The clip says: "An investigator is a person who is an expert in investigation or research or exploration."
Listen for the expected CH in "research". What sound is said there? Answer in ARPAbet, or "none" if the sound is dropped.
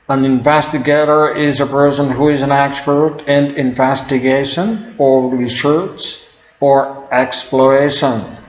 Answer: S